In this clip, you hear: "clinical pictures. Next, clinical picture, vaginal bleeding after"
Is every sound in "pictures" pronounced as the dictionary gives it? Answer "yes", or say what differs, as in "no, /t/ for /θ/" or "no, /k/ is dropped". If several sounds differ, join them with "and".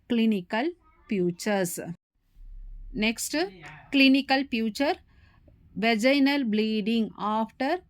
no, /k/ is dropped